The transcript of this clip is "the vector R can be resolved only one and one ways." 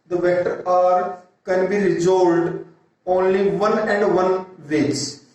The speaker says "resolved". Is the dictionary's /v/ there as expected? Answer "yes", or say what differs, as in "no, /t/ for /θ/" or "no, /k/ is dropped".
no, /v/ is dropped